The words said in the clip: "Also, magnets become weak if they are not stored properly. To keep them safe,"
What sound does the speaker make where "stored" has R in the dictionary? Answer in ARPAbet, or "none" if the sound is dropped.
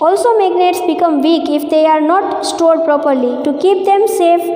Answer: R